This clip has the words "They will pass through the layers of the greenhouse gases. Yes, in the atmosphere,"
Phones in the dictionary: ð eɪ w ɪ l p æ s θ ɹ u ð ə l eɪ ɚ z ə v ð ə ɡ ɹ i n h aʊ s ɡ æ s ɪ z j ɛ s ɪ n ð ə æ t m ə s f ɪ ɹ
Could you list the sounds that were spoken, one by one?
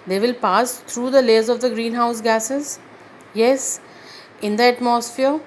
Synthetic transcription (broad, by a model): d eɪ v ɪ l p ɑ s t ɹ u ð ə l eɪ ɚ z ə v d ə ɡ ɹ i n h aʊ s ɡ æ s ɪ z j ɛ s ɪ n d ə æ t m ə s f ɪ ɹ